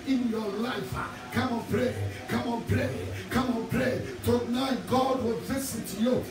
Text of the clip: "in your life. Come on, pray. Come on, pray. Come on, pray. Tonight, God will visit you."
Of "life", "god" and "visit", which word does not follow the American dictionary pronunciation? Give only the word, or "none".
visit